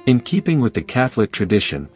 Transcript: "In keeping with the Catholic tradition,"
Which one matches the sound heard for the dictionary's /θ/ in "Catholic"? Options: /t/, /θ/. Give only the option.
/θ/